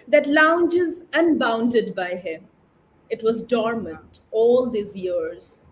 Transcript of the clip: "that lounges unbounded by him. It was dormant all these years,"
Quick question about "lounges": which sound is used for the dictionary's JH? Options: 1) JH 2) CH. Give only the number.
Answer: 1